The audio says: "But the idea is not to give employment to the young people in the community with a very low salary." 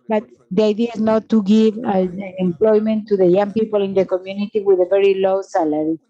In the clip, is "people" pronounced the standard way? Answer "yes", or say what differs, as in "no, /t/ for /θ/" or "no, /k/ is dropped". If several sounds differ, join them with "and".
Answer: yes